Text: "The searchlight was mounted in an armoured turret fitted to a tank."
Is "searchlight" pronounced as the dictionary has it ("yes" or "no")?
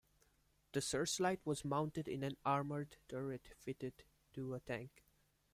no